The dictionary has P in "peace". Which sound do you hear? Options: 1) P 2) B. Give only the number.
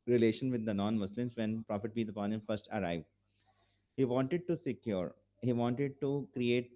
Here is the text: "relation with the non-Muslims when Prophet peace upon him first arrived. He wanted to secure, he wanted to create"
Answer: 2